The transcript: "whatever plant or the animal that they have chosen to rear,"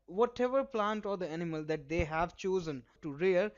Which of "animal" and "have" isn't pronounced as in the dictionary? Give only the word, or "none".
none